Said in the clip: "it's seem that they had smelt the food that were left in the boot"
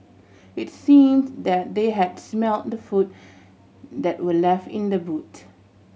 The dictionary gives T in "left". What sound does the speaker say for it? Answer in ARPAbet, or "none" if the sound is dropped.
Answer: T